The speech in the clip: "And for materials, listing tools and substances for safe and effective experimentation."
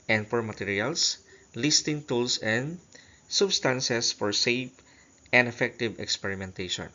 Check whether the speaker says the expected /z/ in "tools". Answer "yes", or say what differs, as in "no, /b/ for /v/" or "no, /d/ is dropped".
no, /s/ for /z/